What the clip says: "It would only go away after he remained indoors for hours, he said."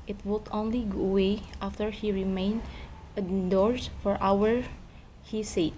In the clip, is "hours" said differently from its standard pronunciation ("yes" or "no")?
yes